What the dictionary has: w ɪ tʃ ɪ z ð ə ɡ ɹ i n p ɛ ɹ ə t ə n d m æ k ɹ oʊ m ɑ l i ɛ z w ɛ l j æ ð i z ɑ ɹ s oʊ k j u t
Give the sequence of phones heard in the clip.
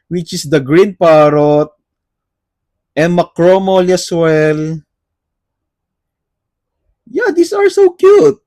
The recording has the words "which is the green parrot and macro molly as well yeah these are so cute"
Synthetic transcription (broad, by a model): w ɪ tʃ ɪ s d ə ɡ ɹ i n p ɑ ɹ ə t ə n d m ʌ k ɹ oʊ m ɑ l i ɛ s w ɛ l j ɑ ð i s ɑ ɹ s oʊ k j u t